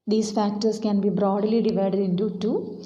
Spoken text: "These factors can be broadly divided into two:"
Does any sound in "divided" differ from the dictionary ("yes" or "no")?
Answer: no